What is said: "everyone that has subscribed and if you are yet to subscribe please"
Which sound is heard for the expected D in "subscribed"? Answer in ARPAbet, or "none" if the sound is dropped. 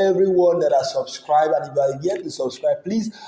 none